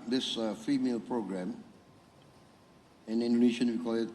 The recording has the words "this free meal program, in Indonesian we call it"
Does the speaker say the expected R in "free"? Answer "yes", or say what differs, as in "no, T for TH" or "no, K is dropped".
no, R is dropped